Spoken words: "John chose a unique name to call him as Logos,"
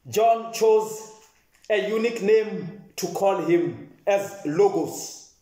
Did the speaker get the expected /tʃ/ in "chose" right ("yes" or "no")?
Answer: yes